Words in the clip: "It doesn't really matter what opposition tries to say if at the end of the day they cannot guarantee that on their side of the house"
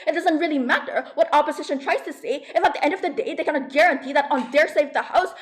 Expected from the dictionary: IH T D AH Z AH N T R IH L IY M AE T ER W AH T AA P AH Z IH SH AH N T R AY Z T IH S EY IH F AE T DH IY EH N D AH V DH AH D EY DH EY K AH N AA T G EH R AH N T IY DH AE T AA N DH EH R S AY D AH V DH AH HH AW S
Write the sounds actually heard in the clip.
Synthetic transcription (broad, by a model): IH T D AH Z AH N T R IH L IY M AE T ER W AH T AA P AH Z IH SH AH N T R AY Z T IH S EY IH F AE T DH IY EH N D AH V DH AH D EY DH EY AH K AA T G EH R AH N T IY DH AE T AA N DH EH R S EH AH V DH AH HH AW S